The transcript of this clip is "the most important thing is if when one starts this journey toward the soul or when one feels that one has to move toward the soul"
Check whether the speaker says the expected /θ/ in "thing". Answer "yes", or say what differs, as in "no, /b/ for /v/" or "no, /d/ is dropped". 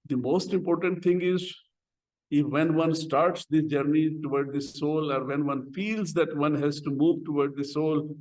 no, /t/ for /θ/